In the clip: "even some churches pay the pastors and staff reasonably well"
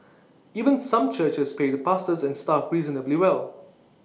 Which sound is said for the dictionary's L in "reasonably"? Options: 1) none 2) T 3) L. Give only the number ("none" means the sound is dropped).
3